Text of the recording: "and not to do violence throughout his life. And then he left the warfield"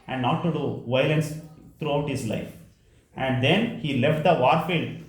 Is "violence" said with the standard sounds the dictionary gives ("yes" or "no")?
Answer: yes